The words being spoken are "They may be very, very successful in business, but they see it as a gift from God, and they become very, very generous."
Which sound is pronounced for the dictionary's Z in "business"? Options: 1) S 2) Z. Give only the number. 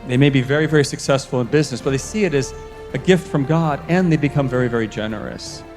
2